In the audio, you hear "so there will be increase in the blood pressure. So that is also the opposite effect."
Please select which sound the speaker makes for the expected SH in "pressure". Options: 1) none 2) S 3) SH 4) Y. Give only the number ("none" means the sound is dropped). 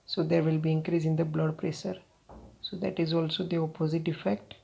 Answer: 2